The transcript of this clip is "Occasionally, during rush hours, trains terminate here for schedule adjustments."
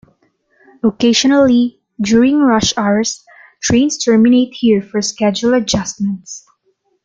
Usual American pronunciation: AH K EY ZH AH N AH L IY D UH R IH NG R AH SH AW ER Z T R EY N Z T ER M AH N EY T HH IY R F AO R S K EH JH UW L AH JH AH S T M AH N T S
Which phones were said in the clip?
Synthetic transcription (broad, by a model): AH K EY SH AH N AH L IY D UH R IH NG R AH SH AW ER S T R EY N S T ER M AH N EY T HH IY R F AO R S K EH JH UW L AH JH AH S T M AH N T S